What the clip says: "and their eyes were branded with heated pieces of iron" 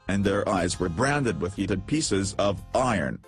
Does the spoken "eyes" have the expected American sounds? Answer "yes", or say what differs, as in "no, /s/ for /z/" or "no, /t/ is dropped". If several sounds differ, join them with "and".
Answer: yes